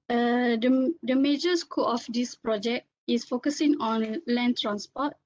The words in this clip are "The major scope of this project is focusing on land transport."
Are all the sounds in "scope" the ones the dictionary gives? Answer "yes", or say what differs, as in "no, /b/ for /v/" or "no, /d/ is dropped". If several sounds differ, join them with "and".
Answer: no, /p/ is dropped